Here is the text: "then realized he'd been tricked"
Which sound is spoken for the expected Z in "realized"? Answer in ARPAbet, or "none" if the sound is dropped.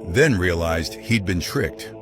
Z